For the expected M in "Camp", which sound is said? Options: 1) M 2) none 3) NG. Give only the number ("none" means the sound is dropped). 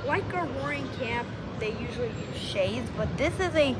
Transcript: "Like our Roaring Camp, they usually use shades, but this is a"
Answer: 2